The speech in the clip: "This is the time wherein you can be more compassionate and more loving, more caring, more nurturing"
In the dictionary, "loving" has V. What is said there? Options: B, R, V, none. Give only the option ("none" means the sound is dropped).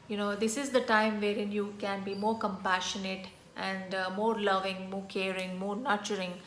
V